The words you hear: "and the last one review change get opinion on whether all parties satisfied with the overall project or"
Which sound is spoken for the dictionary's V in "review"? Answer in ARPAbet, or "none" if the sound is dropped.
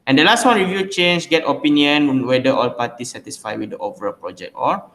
V